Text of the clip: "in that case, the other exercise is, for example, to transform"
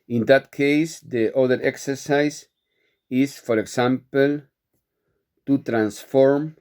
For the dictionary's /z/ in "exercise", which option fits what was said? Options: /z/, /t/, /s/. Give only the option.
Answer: /s/